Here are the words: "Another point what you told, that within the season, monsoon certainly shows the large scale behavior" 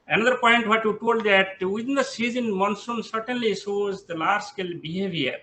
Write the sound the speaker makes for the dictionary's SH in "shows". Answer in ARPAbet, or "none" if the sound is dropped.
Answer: S